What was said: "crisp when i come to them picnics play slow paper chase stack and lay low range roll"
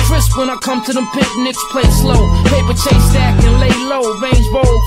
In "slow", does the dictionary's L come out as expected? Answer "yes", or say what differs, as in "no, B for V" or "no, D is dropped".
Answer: yes